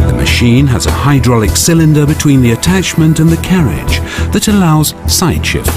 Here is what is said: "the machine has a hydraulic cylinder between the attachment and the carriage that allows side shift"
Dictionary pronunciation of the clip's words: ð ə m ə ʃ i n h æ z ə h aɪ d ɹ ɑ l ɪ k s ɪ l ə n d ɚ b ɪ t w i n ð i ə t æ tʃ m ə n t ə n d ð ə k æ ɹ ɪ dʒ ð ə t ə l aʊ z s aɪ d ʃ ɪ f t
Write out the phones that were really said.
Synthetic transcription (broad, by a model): ð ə m ə ʃ i n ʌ z ə h aɪ d ɹ ɑ l ɪ k s ɪ l ə n d ɚ b ɪ t w i n ð i ə t æ tʃ m ə n t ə n ð ə k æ ɹ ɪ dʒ ð ə t ə l aʊ z s aɪ d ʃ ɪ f